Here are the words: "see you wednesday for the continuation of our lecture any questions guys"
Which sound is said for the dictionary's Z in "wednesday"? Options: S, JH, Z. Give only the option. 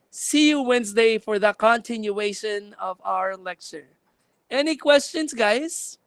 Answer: Z